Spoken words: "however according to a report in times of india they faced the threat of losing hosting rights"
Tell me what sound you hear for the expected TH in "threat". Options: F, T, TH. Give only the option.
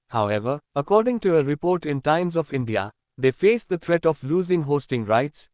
T